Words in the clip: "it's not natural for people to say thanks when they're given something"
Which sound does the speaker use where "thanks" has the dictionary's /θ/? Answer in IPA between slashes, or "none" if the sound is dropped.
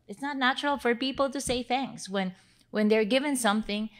/θ/